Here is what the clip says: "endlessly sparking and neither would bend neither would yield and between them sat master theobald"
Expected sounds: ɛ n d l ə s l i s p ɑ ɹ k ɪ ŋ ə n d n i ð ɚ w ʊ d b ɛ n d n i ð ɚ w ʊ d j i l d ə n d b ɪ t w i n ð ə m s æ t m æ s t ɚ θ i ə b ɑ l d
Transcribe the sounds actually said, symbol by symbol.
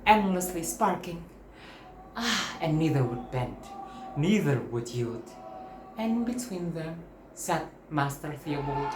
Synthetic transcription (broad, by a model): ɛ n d l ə s l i s p ɑ ɹ k ɪ ŋ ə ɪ n i ð ɚ w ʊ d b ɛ n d n i ð ɚ w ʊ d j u d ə n b ɪ t w i n ð ə m s æ t m æ s t ɚ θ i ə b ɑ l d